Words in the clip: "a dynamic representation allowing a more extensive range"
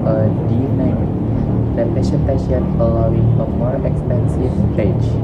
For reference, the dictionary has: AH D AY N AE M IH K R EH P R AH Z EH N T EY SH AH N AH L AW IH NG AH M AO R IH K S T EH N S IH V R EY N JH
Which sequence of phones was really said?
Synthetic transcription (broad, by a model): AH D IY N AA IH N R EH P AH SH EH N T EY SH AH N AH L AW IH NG AH M AO R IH K S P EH N S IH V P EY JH